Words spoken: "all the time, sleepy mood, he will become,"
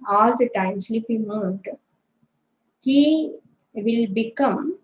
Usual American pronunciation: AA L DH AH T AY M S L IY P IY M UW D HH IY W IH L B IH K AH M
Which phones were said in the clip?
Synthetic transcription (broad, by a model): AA L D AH T AY M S IY F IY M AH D HH IY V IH L B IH K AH M